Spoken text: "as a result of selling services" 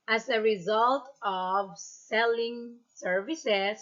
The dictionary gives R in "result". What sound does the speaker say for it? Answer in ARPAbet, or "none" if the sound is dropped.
R